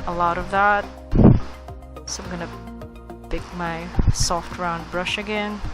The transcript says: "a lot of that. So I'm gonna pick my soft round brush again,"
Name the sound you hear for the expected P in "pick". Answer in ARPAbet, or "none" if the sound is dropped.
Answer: B